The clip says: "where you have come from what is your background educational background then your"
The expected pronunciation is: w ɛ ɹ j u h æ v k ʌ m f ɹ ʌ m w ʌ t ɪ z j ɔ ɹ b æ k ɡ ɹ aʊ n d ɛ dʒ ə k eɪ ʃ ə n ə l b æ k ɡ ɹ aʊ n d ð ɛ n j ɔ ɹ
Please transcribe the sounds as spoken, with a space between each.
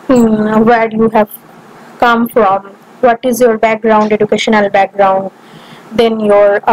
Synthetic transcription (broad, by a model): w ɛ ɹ j u h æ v k ʌ m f ɹ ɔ m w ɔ t ɪ z j ɔ ɹ b æ k ɡ ɹ aʊ n d ɛ dʒ ə k eɪ ʃ ə n ə l b æ k ɡ ɹ aʊ n d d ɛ n j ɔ ɹ